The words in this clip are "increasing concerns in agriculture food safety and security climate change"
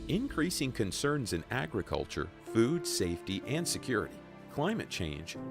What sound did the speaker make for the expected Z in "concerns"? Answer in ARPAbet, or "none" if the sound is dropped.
Z